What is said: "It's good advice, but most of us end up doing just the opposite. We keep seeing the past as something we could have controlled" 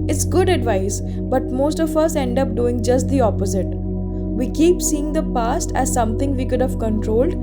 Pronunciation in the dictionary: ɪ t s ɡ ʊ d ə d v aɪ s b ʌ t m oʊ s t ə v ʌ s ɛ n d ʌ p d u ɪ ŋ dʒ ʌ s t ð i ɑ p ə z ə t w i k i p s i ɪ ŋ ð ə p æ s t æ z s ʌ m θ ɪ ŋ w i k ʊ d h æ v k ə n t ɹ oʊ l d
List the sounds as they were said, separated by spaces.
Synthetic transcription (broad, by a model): ɪ t s ɡ ʊ d ə d v aɪ s b ʌ t m oʊ s t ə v ʌ s ɛ n d ʌ p d u ɪ ŋ dʒ ʌ s t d i ɑ p ə z ə t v i k i p s i ɪ ŋ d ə p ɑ s t æ z s ʌ m t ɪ ŋ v i k ʊ d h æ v k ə n t ɹ oʊ l d